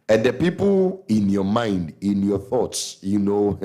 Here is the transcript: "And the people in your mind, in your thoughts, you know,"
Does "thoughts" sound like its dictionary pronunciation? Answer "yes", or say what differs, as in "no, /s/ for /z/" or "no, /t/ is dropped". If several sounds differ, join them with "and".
yes